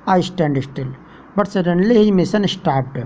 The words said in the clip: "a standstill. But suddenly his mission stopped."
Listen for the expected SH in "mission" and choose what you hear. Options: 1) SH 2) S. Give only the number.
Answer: 2